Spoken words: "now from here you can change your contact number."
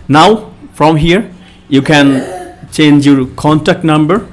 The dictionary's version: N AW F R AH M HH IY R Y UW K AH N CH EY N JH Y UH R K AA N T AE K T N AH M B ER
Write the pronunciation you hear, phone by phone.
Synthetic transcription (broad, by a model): N AW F R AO M HH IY R Y UW K AH N CH EY N JH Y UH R K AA N T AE K T N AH M B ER